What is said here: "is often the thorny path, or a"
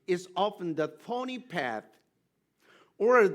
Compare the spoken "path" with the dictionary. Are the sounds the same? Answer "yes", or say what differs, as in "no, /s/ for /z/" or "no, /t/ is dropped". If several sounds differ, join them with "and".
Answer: yes